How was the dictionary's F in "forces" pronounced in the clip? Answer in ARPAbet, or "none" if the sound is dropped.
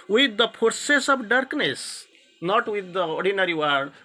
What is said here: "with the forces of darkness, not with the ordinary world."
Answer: P